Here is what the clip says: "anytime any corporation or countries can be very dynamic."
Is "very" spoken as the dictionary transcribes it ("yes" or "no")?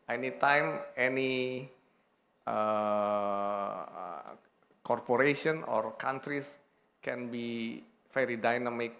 no